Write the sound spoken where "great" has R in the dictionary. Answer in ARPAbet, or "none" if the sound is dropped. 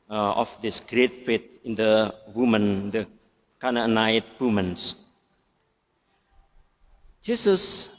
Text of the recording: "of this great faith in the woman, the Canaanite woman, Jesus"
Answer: R